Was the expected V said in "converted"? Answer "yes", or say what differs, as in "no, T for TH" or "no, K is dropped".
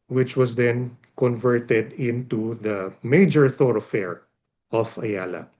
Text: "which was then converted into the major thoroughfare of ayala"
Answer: yes